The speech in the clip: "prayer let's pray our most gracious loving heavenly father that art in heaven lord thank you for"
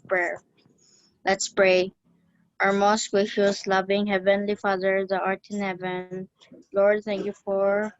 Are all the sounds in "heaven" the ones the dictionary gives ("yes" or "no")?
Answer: yes